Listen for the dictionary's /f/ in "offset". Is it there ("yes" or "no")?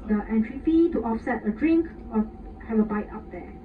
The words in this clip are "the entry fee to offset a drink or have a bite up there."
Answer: yes